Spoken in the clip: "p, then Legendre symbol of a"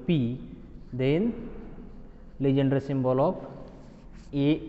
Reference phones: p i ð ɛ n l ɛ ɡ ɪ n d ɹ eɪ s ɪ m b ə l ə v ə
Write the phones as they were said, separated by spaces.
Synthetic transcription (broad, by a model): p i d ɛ n l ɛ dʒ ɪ n d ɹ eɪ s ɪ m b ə l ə p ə